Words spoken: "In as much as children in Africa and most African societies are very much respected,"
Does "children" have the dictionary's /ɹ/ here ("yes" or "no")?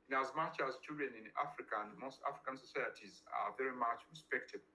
no